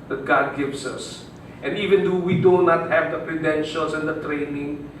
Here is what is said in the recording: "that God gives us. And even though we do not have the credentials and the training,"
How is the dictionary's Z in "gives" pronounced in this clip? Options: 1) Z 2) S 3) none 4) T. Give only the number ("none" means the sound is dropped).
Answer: 2